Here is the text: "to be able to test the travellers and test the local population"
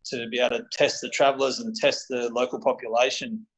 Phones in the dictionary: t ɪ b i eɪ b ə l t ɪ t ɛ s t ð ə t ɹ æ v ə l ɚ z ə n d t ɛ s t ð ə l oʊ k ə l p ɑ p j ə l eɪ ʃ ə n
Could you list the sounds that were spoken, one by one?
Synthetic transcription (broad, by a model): t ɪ b i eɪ ə t ɪ t ɛ s t ð ə t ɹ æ v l ɚ z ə n t ɛ s t ð ə l oʊ k ə l p ɑ p j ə l eɪ ʃ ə n